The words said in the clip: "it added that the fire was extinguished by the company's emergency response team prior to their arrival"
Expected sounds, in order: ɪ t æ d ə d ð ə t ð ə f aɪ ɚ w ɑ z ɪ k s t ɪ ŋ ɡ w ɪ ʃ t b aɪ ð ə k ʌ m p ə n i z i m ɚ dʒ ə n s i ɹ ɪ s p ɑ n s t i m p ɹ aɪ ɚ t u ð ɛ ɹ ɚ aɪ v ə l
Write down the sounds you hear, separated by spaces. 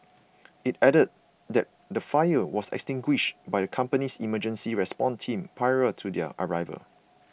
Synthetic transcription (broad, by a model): ɪ t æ d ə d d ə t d ə f aɪ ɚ w ɑ s ɪ k s t ɪ ŋ ɡ w ɪ ʃ t b aɪ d ə k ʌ m p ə n i s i m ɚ dʒ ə n s i ɹ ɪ s p ɑ n t i m p ɹ aɪ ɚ t u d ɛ ɚ aɪ v ə l